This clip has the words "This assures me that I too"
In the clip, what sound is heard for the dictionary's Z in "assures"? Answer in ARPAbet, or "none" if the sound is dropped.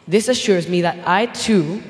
Z